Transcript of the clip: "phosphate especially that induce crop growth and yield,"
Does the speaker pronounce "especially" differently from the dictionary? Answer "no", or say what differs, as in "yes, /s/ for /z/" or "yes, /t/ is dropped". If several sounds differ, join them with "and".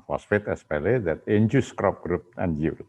yes, /ʃ/ is dropped